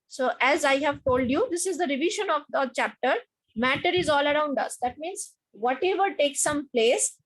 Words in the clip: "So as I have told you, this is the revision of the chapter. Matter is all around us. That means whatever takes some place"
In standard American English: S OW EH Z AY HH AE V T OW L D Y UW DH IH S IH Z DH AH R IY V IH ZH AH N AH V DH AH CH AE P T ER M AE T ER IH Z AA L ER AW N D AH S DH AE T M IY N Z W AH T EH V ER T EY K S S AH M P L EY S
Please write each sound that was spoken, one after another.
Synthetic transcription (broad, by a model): S OW EH Z AY HH AE V T OW L D Y UW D IH S IH Z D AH R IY V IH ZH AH N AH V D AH CH AE P T ER M AE T ER IH Z AA L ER AW N D AH S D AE T M IY N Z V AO T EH V ER T EY K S S AH M P L EY S